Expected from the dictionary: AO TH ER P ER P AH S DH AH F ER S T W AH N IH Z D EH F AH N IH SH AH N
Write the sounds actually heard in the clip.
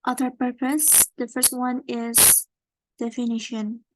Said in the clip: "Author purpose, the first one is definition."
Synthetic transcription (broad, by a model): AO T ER P ER P AH S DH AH F ER S T W AH N IH Z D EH F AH N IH SH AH N